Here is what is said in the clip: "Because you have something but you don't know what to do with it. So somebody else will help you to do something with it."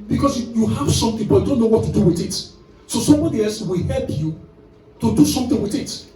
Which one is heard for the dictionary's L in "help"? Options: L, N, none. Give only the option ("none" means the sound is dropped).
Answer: L